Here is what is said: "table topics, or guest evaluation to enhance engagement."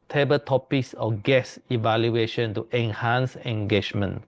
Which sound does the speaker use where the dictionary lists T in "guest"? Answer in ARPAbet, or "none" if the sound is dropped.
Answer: none